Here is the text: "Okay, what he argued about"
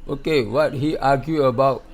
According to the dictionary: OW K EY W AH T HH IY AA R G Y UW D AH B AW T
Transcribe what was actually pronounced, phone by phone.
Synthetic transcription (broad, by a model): OW K EY W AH T HH IY AA G Y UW AH B AW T